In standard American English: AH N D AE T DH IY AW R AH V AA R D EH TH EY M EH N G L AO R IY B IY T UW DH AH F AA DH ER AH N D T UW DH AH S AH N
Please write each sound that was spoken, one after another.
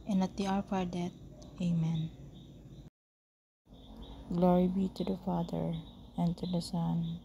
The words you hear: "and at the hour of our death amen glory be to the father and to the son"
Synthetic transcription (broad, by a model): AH N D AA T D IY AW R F AA R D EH T EY M EH N G L AO R IY B IY T UW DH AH F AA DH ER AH N T UW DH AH S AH N